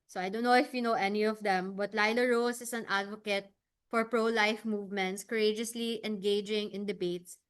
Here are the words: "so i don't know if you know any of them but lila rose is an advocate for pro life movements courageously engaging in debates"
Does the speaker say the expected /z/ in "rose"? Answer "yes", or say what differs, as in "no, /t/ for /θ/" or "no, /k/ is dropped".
no, /s/ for /z/